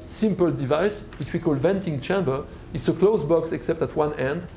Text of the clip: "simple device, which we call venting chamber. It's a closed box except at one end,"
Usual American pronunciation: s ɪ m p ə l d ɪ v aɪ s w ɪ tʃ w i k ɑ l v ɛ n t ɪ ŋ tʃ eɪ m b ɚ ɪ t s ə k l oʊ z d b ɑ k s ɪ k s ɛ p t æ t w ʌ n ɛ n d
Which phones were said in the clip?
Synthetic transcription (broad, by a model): s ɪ m p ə l d ɪ v aɪ s w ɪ tʃ w i k ɑ l v ɛ n t ɪ ŋ tʃ eɪ m b ɚ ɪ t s ə k l oʊ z b ɑ k s ɪ k s ɛ p t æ t w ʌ n ɛ n d